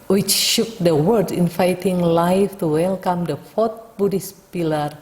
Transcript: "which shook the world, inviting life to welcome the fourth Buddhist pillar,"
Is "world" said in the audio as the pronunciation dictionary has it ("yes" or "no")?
no